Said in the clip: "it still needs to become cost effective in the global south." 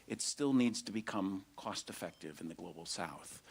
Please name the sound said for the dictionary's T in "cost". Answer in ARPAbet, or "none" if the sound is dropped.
T